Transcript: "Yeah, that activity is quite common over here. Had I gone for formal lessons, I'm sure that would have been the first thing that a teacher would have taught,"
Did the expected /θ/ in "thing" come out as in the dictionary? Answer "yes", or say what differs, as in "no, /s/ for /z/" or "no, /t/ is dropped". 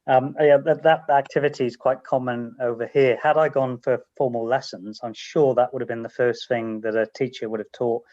yes